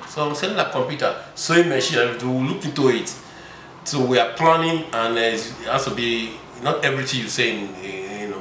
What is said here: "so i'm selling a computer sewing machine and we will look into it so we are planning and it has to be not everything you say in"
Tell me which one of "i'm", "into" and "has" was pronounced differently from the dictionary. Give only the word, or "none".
has